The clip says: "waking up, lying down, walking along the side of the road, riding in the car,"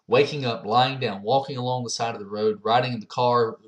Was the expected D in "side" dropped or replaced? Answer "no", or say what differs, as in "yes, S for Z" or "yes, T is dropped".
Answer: no